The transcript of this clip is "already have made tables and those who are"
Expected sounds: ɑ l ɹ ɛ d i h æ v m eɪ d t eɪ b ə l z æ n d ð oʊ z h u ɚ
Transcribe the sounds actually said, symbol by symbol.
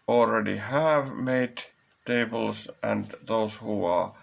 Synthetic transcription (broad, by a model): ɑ l ɹ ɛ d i h æ v m eɪ d t eɪ b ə l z æ n d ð oʊ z h u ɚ